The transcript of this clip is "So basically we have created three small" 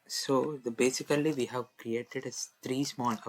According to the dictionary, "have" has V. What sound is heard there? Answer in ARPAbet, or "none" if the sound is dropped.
V